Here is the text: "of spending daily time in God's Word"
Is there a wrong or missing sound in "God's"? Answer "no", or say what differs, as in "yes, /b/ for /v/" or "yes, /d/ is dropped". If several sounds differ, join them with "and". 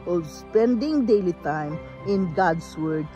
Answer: yes, /s/ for /z/